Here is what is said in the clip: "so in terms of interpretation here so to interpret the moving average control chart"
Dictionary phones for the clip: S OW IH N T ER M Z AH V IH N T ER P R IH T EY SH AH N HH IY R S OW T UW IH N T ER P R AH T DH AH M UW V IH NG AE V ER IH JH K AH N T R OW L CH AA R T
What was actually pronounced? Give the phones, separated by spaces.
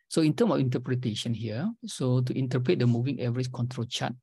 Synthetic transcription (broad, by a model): S OW IH N T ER M AH F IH N T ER P R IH T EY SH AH N HH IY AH S OW T UW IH N T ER P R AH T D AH M UW V IH NG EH V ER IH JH K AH N T R OW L CH AA T